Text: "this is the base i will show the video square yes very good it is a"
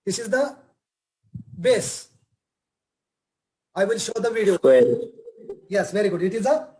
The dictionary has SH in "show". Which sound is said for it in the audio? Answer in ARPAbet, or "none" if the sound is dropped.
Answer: SH